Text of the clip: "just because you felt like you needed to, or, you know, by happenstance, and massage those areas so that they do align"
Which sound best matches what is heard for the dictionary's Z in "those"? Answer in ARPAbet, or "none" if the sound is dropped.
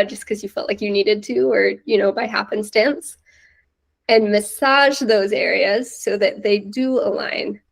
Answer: Z